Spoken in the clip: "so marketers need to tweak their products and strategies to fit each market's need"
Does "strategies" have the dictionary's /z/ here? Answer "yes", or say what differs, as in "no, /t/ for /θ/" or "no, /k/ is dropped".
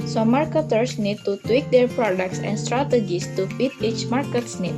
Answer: no, /s/ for /z/